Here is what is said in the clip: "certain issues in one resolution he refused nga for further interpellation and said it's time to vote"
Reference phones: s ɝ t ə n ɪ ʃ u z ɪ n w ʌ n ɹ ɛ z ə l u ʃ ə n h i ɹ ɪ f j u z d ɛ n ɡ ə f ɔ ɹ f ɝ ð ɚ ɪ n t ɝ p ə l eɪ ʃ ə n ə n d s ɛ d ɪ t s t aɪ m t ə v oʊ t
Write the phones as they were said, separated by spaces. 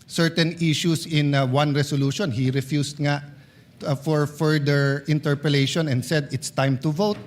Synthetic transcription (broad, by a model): s ɝ t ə n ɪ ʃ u s ɪ n w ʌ n ɹ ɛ s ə l u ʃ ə n h i ɹ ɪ f j u s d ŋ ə f ɔ ɹ f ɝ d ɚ ɪ n t ɝ p ə l eɪ ʃ ə n ə n d s ɛ d ɪ t s t aɪ m t ə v oʊ t